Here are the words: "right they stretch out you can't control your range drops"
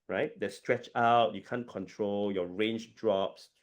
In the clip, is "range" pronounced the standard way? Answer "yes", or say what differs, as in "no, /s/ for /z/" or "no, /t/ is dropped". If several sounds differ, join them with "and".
yes